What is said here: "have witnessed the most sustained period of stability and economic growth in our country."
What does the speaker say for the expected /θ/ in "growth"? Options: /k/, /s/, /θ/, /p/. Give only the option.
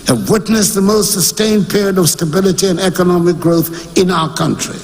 /θ/